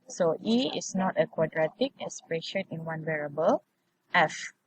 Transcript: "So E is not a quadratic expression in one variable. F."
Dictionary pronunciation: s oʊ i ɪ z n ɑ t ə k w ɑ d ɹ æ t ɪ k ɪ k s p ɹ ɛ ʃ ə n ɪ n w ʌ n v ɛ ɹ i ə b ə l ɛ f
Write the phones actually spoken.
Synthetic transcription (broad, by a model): s oʊ i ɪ s n ɑ t ə k w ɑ d ɹ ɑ t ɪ k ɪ s p ɹ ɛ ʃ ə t ɪ n w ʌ n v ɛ ɹ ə b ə l ɛ f